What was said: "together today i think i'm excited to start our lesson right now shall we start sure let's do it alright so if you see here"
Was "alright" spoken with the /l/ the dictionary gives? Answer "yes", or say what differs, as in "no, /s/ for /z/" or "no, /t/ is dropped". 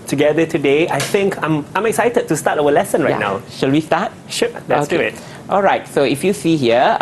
yes